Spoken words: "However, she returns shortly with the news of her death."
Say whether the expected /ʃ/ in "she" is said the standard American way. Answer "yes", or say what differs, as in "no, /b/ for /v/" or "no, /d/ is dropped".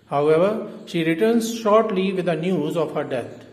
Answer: yes